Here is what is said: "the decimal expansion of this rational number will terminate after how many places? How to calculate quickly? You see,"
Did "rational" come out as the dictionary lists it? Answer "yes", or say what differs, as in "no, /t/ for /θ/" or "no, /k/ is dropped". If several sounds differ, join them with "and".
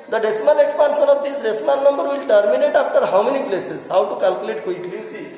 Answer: no, /s/ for /ʃ/